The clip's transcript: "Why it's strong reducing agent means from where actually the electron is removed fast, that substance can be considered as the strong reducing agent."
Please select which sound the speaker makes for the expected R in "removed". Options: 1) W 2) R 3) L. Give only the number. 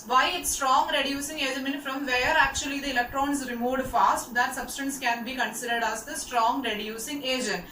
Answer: 2